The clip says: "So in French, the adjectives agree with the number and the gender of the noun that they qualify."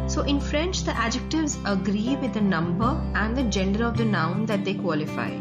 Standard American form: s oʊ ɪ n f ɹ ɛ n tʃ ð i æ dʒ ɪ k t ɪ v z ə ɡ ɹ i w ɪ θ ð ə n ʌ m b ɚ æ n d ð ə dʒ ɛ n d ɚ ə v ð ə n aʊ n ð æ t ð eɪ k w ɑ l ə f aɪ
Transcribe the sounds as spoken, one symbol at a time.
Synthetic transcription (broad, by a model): s oʊ ɪ n f ɹ ɛ n tʃ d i æ dʒ ɪ k t ɪ v z ə ɡ ɹ i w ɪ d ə n ʌ m b ɚ æ n d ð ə dʒ ɛ n d ɚ ə v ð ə n aʊ n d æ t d eɪ k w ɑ l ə f aɪ